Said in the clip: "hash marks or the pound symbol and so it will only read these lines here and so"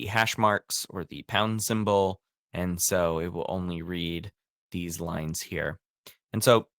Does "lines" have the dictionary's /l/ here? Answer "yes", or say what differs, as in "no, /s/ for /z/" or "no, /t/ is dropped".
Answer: yes